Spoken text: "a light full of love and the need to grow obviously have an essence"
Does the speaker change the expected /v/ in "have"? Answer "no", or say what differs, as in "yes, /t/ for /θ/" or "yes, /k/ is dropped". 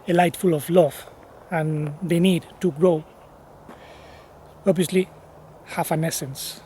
yes, /f/ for /v/